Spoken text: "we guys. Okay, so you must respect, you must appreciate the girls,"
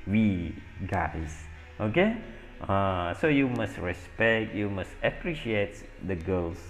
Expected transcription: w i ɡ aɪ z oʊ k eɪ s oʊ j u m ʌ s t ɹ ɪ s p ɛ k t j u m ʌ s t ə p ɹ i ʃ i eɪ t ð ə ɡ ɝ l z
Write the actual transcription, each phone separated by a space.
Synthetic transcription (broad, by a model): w i ɡ aɪ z oʊ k eɪ s oʊ j u m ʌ s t ɹ ɪ s p ɛ k t j u m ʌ s t ə p ɹ i ʃ i eɪ t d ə ɡ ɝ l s